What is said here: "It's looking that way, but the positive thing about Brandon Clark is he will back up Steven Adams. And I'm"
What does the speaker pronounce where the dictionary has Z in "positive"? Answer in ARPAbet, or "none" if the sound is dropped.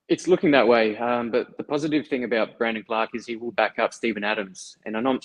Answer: Z